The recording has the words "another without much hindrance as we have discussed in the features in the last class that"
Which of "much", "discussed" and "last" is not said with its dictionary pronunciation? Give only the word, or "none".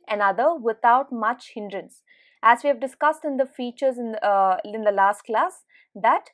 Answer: none